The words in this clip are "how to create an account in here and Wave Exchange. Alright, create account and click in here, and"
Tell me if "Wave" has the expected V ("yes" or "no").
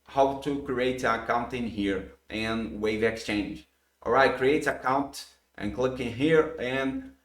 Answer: yes